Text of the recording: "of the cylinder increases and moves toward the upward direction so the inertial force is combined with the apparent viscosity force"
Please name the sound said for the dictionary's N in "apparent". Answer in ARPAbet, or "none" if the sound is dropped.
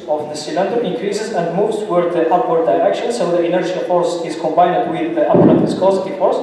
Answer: none